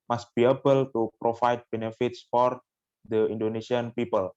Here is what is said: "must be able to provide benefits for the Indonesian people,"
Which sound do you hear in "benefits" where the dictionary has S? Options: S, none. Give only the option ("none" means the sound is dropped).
S